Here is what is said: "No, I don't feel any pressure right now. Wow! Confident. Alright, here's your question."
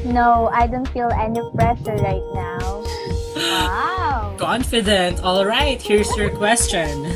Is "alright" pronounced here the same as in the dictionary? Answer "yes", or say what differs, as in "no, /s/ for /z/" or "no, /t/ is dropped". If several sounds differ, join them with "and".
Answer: yes